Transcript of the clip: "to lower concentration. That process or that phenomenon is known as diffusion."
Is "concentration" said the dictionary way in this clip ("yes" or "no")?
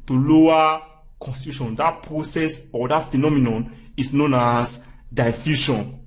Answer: no